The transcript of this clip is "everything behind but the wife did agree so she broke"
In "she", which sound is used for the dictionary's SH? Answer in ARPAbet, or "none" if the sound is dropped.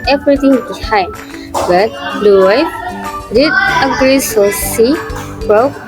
S